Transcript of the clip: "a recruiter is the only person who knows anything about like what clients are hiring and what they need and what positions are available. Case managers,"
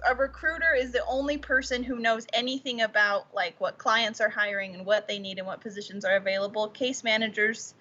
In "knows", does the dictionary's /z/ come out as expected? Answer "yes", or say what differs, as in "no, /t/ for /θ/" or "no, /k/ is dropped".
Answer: yes